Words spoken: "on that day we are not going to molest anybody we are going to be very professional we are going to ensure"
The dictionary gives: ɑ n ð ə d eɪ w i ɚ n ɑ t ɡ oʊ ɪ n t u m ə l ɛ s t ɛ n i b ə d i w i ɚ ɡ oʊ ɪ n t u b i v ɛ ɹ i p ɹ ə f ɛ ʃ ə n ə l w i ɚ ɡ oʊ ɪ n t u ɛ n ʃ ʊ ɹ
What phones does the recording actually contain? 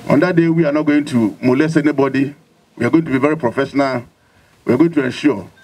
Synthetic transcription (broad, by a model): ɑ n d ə d eɪ w i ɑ n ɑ ɡ oʊ ɪ n t u m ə l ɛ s ɛ n i b ə d i w i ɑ ɡ oʊ ɪ n t u b i v ɛ ɹ i p ɹ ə f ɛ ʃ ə n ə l w i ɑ ɡ oʊ ɪ n t u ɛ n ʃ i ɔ